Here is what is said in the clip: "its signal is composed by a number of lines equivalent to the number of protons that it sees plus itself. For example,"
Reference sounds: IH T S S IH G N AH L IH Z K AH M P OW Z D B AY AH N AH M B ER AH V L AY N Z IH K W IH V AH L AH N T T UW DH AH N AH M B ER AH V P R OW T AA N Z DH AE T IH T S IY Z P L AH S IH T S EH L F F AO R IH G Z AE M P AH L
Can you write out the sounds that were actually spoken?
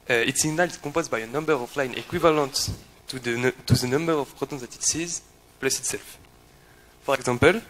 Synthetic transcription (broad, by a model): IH T S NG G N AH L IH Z K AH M P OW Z B AY AH N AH M B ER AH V L AY N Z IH K W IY V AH L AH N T T UW DH AH N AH M B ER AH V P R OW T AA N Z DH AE T IH T S IY Z P L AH S IH T S EH L F F AO R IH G Z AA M P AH L